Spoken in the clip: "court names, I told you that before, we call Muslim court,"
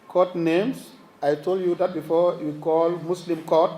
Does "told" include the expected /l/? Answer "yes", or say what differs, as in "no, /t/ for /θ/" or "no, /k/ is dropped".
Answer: yes